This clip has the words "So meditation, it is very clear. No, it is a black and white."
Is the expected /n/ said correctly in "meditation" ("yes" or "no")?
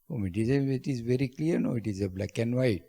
no